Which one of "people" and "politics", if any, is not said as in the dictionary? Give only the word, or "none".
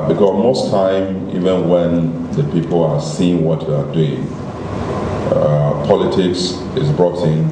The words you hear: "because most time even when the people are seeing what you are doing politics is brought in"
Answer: none